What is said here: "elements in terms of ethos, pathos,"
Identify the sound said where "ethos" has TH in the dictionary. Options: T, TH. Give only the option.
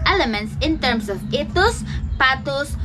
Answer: T